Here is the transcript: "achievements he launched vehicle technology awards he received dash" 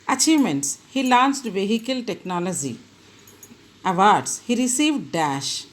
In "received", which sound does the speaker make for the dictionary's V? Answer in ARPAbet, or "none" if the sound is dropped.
V